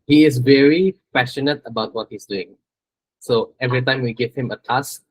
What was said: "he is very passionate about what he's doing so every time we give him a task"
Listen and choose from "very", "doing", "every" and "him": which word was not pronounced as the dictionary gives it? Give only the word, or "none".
none